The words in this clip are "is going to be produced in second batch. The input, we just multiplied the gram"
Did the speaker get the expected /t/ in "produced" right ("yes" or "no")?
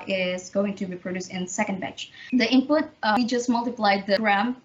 no